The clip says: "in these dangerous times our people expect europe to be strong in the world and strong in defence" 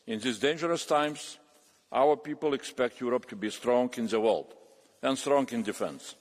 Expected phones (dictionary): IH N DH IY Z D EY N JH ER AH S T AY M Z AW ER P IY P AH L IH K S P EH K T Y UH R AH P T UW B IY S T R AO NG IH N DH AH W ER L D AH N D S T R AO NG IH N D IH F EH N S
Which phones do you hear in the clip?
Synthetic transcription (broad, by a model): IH N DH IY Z D EY N JH ER AH S T AY M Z AW ER P IY P AH L IH K S P EH K T Y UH R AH P T UW B IY S T R AO NG IH N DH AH W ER L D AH N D S T R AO NG IH N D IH F EH N S